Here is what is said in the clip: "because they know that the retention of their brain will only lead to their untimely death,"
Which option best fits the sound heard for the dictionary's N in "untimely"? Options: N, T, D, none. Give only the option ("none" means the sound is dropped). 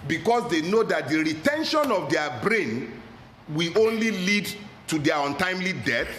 N